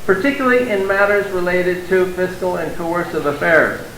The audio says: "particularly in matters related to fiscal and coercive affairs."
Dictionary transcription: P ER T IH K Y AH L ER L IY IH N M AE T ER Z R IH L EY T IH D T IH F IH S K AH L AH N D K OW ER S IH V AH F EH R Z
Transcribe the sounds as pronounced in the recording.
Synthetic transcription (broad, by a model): P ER T IH K Y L L IY IH N M AE T ER Z R IH L EY T IH D T IH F IH S K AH L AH N K OW ER S IH V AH F EH R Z